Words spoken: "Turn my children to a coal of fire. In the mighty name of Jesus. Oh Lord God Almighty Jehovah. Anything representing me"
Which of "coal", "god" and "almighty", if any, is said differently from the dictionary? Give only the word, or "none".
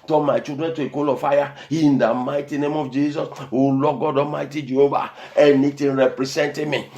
almighty